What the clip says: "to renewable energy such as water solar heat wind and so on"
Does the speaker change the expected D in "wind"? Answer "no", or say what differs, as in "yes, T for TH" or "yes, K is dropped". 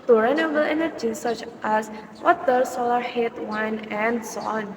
yes, D is dropped